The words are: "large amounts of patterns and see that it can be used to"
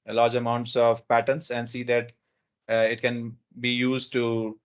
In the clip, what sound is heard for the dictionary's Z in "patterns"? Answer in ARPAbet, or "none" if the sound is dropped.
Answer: S